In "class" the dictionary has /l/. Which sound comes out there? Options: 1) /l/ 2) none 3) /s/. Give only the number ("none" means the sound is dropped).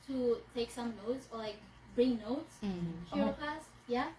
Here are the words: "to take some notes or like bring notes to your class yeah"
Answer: 2